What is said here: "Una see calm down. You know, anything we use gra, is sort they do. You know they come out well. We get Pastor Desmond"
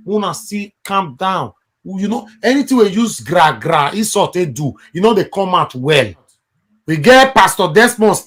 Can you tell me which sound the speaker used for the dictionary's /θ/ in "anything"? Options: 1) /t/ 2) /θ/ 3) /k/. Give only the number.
1